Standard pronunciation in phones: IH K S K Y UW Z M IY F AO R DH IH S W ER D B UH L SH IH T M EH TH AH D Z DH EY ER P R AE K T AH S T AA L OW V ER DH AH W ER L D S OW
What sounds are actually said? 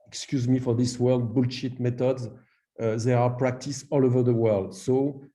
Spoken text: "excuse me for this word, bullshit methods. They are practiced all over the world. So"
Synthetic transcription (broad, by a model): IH K S K Y UW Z M IY F AO R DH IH S W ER D B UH L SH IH T M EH T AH D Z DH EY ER P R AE K T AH S AA L OW V ER DH AH W ER L D S OW